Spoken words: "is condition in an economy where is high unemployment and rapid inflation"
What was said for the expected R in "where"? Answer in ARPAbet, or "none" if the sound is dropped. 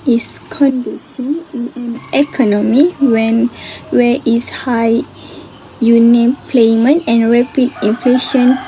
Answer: W